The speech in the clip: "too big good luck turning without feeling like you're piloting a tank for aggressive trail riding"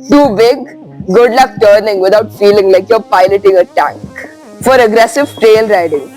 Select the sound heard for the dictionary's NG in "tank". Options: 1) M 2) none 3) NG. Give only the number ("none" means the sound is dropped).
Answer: 3